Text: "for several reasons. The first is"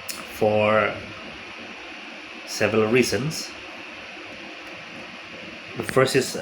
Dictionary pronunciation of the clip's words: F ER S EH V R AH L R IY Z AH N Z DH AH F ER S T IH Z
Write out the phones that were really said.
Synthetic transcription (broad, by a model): F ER S EH V R AH L R IY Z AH N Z DH AH F ER S T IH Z